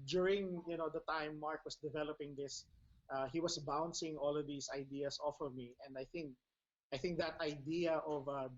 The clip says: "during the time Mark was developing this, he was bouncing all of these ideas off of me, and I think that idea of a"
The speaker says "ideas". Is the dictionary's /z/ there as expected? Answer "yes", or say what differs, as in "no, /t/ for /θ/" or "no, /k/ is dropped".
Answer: no, /s/ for /z/